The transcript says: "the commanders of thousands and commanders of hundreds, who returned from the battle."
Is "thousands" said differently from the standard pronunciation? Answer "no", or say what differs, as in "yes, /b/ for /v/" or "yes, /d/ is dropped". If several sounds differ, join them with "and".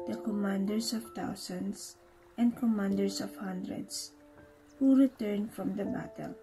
yes, /t/ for /θ/ and /s/ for /z/ and /s/ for /z/